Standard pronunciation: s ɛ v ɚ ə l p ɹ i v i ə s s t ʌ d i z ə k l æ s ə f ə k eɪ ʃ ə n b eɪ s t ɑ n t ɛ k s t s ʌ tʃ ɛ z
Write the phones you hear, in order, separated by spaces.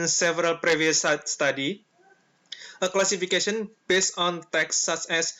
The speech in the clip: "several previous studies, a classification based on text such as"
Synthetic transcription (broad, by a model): s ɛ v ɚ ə l p ɹ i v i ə s s t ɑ d i ə k l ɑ s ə f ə k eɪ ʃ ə n b eɪ s t ɑ n t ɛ k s s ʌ tʃ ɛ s